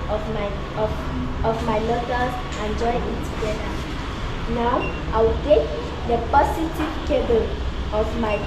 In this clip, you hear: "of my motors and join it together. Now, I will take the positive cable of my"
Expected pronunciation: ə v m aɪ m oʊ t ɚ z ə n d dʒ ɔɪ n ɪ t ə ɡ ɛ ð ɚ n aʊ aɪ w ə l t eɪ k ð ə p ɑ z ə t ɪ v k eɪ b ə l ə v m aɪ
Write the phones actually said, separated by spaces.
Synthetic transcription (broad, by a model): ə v m aɪ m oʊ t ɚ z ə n dʒ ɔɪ ɪ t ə ɡ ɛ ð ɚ n aʊ aɪ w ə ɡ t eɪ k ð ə p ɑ s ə t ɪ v k eɪ b ə l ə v m aɪ